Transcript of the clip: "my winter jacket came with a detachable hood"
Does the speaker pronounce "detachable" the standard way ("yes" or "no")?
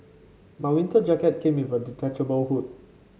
no